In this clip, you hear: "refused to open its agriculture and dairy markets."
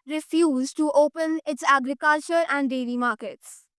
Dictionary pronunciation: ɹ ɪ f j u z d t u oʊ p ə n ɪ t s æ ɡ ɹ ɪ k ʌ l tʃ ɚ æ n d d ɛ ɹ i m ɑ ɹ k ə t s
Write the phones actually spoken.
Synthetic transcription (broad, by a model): ɹ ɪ f j u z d t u oʊ p ə n ɪ t s æ ɡ ɹ ɪ k ʌ l tʃ ɚ æ n d d ɛ l i m ɑ ɹ k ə t s